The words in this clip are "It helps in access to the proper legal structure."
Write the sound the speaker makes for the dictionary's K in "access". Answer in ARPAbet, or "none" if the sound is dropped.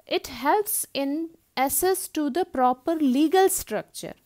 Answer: none